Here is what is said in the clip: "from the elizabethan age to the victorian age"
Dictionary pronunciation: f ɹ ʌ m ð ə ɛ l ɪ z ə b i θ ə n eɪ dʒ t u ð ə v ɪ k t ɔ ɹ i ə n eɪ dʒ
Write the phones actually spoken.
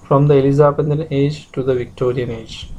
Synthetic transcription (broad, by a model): f ɹ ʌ m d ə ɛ l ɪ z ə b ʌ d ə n eɪ dʒ t u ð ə v ɪ k t ɔ ɹ i ə n eɪ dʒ